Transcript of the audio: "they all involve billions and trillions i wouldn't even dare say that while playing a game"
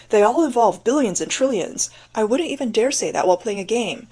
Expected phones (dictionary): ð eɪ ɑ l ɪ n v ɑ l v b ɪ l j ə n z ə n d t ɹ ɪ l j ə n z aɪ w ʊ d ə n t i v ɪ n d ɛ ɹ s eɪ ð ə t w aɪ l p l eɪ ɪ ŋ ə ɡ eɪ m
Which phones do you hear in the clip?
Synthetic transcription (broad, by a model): ð eɪ ɑ l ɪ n v ɑ l v b ɪ l j ə n z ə n t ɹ ɪ l j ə n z aɪ w ʊ d n t i v ɪ n d ɛ ɹ s eɪ ð ə t w aɪ l p l eɪ ɪ ŋ ə ɡ eɪ m